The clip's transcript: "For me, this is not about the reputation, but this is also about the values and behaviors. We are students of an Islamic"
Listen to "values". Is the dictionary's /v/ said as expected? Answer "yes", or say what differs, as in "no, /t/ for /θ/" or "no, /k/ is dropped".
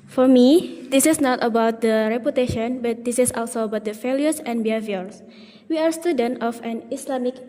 no, /f/ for /v/